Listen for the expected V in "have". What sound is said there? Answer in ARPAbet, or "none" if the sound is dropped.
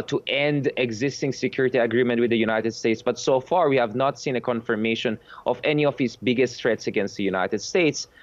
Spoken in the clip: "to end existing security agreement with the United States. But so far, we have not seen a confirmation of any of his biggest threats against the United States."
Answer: V